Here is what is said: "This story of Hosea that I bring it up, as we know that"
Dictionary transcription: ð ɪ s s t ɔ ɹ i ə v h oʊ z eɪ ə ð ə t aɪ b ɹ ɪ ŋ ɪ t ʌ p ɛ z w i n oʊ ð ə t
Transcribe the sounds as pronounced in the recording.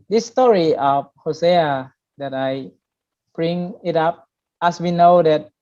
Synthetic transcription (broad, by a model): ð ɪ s s t ɔ ɹ i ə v h oʊ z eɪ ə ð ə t aɪ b ɹ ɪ ŋ ɪ t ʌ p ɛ s w i n oʊ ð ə t